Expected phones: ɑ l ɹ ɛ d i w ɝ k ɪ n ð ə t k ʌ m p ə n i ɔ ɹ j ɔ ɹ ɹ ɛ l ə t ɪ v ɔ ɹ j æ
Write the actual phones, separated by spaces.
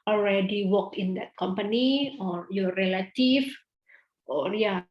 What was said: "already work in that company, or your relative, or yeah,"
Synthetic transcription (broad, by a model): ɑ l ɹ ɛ d i w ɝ k ɪ n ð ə t k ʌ m p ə n i ɔ ɹ j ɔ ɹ ɹ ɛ l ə t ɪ f ɔ ɹ j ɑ